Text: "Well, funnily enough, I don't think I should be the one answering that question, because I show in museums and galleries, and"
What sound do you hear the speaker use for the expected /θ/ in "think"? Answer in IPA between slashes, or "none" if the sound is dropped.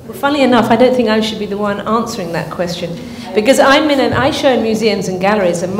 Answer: /θ/